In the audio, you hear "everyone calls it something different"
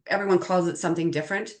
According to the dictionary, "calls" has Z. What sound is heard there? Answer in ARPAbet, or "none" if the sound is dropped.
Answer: Z